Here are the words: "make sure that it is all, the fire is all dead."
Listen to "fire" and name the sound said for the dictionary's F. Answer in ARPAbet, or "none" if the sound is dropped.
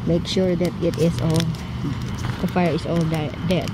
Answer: F